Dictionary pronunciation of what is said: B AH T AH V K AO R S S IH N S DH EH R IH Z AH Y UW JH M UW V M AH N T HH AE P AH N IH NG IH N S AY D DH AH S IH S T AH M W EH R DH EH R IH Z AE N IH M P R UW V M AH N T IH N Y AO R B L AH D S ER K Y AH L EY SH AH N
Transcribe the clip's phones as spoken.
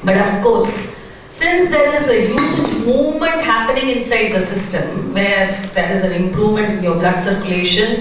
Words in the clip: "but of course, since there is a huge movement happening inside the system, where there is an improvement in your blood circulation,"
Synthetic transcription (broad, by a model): B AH T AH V K AO R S S IH N S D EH R IH Z AH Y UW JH M UW V M AH N T HH AE P AH N IH NG IH N S AY D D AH S IH S T AH M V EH R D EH R IH Z AE N IH M P R UW V M AH N T IH N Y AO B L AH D S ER K Y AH L EY SH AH N